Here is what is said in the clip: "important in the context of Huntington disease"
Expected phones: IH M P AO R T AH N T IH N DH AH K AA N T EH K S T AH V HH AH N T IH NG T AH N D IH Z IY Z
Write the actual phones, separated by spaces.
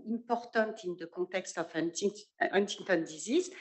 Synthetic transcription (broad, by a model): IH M P AO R T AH T IH N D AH K AA T EH K S T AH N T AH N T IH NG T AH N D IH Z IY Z